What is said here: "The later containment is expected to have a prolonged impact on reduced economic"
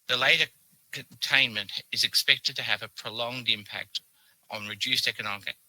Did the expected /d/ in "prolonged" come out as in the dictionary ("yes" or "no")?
yes